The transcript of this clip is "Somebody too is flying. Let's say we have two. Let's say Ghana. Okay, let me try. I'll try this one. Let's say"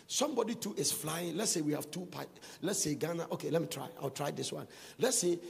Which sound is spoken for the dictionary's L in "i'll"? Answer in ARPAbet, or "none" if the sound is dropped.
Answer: W